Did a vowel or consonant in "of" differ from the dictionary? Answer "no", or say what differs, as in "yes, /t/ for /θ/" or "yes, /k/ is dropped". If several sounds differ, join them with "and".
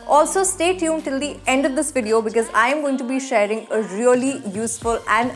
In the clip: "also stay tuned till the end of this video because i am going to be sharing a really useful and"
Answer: no